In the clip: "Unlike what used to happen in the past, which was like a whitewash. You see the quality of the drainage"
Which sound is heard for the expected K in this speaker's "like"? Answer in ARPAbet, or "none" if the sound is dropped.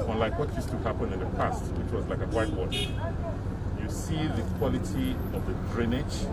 K